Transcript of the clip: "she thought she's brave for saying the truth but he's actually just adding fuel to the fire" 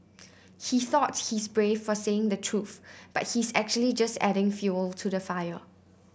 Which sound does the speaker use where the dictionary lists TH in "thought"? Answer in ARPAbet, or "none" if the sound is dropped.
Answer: TH